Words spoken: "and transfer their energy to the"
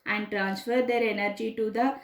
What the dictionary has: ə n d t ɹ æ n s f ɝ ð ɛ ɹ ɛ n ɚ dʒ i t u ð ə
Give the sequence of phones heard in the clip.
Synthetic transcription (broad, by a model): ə n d t ɹ æ n s f ɝ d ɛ ɹ ɛ n ɚ dʒ i t u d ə